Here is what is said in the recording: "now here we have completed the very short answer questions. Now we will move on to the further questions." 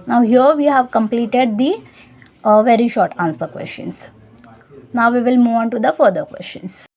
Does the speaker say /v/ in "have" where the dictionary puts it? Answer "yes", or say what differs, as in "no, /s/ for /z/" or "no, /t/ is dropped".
yes